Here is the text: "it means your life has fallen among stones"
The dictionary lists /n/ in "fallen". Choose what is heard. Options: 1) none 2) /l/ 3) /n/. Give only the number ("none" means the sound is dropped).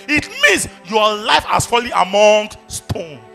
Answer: 1